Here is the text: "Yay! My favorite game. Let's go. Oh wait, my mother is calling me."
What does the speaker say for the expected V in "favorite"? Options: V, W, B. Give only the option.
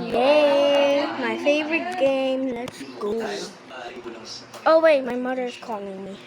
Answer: V